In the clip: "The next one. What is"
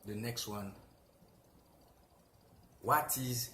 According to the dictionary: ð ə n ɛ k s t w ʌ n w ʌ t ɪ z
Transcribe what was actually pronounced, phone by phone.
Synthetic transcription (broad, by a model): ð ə n ɛ k s t w ʌ n w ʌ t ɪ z